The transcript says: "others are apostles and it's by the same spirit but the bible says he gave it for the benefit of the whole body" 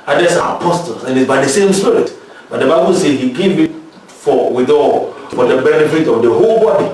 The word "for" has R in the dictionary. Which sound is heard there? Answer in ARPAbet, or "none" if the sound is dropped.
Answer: W